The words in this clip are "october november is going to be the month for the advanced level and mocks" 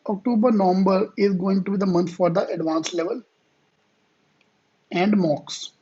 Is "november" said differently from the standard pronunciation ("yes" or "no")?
no